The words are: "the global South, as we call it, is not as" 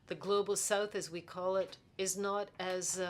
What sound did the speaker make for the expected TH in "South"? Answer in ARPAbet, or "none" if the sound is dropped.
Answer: TH